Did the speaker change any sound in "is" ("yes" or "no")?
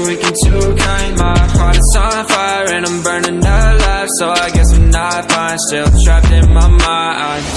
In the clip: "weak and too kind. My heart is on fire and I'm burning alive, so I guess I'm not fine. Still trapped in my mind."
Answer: yes